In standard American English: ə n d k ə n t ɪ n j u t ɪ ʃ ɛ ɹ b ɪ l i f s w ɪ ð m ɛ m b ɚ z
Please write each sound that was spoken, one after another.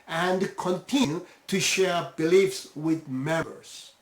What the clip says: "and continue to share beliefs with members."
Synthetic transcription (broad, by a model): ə n d k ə n t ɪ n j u t ɪ ʃ ɛ ɹ b ɪ l i f s w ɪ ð m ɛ m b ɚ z